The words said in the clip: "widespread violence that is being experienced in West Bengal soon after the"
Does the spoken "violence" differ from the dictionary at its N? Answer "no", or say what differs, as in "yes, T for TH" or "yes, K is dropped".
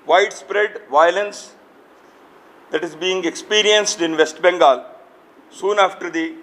no